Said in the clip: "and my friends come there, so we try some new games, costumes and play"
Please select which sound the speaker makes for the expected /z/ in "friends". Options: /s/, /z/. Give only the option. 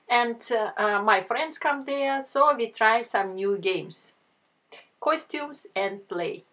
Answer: /s/